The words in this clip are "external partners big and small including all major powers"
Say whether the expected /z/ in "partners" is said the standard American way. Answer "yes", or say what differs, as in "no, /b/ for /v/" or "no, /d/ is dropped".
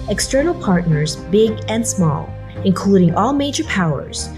yes